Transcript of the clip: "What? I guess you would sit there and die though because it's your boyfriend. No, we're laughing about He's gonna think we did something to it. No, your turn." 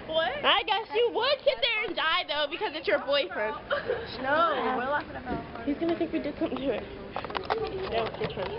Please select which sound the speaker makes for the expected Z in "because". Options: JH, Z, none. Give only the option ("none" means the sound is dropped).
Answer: Z